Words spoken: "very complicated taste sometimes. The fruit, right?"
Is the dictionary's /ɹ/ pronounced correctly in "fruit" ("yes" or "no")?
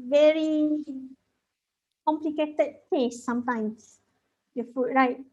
no